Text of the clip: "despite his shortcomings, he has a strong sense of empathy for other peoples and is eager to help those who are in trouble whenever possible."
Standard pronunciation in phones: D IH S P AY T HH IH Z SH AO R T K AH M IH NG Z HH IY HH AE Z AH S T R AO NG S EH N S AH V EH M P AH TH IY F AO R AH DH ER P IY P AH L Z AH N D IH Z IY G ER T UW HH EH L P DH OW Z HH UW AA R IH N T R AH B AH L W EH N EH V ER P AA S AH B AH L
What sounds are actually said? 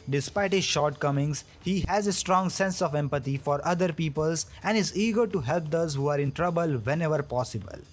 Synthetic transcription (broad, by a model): D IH S P AY T HH IH Z SH AO R T K AH M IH NG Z HH IY HH AE Z AH S T R AO NG S EH N S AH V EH M P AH T IY F AO R AH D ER P IY P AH L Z AH N D IH Z IY G ER T UW HH EH L P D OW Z HH UW AA R IH N T R AH B AH L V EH N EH V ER P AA S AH B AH L